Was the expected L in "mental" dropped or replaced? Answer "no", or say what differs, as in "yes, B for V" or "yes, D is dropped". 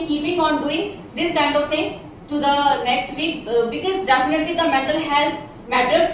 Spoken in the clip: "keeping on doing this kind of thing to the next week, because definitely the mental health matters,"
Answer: no